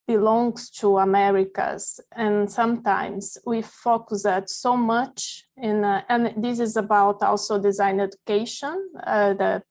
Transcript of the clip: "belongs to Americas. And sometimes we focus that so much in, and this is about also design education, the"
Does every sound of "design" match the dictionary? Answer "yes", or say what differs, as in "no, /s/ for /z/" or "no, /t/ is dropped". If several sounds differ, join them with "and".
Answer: yes